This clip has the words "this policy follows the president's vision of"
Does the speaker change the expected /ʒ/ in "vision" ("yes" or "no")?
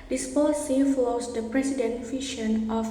yes